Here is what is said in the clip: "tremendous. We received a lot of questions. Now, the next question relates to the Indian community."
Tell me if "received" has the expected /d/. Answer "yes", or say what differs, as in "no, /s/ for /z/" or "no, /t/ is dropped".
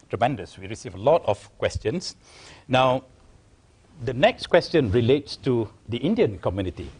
no, /d/ is dropped